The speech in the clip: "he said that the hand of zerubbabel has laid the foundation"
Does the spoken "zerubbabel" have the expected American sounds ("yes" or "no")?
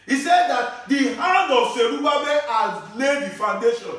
no